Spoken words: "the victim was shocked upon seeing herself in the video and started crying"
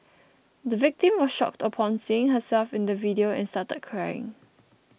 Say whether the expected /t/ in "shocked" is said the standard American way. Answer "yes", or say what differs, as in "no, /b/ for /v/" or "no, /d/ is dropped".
yes